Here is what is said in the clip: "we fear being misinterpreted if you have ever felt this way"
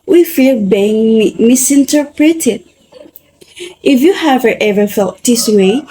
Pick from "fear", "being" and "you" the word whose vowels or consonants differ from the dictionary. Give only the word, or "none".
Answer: fear